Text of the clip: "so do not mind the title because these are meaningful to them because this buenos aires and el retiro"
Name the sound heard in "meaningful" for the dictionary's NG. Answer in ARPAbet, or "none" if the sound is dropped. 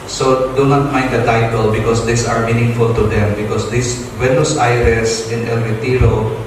NG